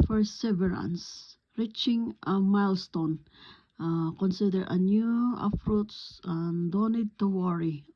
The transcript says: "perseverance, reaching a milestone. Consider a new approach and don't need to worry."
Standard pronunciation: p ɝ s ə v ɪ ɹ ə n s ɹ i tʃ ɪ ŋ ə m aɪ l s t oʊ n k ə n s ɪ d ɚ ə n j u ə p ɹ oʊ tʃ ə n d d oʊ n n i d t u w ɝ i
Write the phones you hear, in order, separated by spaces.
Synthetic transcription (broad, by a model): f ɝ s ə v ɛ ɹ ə n s ɹ i tʃ ɪ ŋ m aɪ l s t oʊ n k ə n s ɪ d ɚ ə n j u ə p ɹ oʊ s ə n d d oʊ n n i d t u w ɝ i